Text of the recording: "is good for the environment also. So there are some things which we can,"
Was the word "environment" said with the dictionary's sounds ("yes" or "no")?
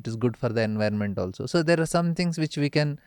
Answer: yes